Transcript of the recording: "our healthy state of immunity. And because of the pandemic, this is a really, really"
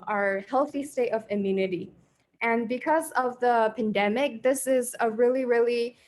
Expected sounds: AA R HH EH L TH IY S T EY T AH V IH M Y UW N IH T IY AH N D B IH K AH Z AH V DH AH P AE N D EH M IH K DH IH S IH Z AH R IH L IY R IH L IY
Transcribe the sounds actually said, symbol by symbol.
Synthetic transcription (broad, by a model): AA R HH EH L TH IY S T EY T AH V IH M Y UW N IH T IY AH N B IH K AH Z AH V DH AH P AE N D EH M IH K DH IH S IH Z AH R IH L IY R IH L IY